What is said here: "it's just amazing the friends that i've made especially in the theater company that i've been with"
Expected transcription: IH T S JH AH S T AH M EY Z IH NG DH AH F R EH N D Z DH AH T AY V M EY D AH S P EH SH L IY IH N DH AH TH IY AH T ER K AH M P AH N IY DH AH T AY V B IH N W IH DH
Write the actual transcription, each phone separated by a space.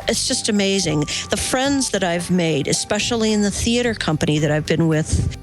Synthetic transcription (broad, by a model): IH T S JH AH S T AH M EY Z IH NG DH AH F R EH N D Z DH AH T AY V M EY D AH S P EH SH L IY IH N DH AH TH IY AH T ER K AH M P AH N IY DH AH T AY V B IH N W IH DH